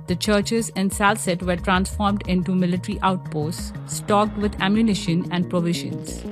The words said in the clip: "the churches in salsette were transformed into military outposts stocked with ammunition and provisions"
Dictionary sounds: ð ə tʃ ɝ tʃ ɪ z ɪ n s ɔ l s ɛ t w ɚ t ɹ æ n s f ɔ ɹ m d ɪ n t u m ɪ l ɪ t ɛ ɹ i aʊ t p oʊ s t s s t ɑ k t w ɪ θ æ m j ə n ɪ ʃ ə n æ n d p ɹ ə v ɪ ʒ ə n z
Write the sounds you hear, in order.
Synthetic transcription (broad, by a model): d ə tʃ ɝ tʃ ɪ z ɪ n s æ l s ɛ t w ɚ t ɹ æ n s f ɔ ɹ m d ɪ n t u m ɪ l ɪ t ɹ i aʊ t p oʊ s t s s t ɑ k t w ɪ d æ m j ə n ɪ ʃ ə n æ n d p ɹ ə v ɪ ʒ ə n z